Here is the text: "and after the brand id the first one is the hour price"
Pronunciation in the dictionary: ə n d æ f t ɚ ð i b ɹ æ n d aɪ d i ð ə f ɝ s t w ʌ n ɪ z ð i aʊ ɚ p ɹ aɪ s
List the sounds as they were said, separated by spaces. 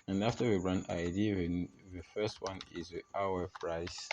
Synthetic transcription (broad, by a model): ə n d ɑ f t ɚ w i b ɹ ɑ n aɪ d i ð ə f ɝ s t w ʌ n ɪ z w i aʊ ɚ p ɹ aɪ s